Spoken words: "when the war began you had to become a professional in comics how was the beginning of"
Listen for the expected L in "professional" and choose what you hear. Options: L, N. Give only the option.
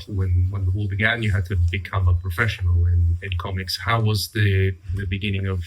N